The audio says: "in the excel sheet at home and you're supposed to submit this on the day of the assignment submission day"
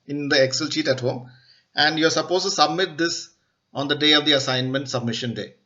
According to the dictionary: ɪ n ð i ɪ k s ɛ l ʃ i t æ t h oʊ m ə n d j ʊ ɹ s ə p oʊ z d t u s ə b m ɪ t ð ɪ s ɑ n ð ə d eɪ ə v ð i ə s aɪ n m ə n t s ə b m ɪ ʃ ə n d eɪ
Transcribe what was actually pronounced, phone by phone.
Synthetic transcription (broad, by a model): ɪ n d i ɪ k s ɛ l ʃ i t æ t h oʊ m ə n d j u ɹ s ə p oʊ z t u s ə b m ɪ t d ɪ s ɑ n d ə d eɪ ə v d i ə s aɪ n m ə n t s ə b m ɪ ʃ ə n d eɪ